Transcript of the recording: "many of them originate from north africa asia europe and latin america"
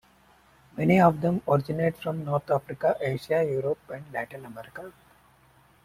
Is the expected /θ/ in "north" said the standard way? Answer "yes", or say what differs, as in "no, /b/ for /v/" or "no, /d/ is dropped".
no, /t/ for /θ/